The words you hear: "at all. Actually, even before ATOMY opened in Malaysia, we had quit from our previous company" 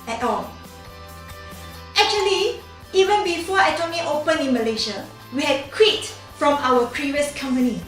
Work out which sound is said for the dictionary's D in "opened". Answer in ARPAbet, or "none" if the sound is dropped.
none